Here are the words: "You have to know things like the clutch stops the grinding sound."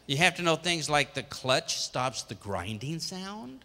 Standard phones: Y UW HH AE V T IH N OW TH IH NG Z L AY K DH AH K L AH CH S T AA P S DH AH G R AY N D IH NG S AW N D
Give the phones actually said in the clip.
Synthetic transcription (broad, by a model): Y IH HH AE F T IH N OW TH IH NG Z L AY K DH AH K L AH CH S T AA P S DH AH G R AY N D IH NG S AW N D